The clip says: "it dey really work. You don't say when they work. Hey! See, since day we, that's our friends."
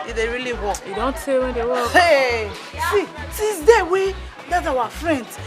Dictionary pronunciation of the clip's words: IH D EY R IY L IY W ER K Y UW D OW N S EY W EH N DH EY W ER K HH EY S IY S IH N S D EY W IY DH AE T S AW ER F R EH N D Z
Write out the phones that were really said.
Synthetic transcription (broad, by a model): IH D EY R IY L IY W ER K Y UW D OW N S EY W EH N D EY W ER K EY S IY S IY S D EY W IY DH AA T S AW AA F R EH N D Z